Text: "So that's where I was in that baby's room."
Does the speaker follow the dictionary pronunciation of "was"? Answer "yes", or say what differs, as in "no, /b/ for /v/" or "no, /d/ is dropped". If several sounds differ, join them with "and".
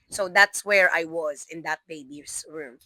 yes